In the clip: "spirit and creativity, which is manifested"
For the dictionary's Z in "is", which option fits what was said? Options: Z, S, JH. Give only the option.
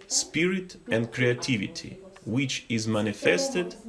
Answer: Z